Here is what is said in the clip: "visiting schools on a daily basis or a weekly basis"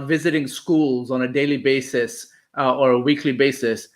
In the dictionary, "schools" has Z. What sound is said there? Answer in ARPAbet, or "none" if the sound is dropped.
Z